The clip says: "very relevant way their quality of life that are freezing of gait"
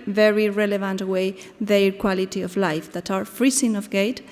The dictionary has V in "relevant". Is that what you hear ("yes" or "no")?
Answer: yes